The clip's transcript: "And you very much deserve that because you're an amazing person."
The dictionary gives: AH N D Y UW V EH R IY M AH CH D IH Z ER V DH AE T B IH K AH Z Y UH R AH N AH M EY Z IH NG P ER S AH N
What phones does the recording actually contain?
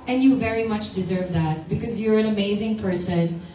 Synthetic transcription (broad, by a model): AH N Y UW V EH R IY M AH CH D IH Z ER V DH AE T B IH K AH Z Y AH R AH N AH M EY Z IH NG P ER S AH N